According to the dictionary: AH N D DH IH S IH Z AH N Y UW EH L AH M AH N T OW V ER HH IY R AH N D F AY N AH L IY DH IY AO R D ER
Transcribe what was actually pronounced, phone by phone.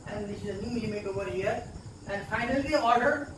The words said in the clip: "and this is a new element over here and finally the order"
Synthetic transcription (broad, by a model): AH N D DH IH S IH Z AH N Y UW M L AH M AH T OW V ER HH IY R AH N D F AY N AH L IY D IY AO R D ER